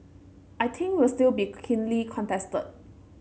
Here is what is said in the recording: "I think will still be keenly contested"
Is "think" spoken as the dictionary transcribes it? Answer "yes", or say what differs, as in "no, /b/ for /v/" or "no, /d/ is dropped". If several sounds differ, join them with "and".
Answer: no, /t/ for /θ/